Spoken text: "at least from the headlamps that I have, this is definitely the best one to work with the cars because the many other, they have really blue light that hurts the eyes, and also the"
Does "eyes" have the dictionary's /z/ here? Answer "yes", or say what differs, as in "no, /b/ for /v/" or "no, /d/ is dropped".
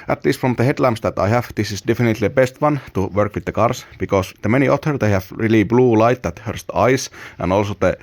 no, /s/ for /z/